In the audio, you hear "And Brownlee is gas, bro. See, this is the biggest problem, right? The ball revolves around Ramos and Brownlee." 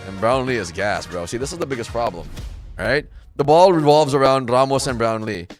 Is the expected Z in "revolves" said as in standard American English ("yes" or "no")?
yes